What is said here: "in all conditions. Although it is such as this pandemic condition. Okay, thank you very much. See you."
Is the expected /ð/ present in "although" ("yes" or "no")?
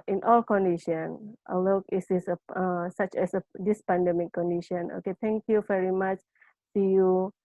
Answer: no